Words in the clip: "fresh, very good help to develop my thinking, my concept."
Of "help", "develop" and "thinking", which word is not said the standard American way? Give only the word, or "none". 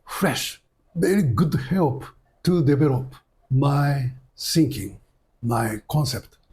thinking